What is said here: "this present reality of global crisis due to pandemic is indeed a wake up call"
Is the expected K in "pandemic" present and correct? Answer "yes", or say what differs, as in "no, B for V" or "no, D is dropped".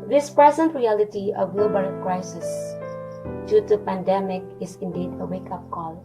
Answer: yes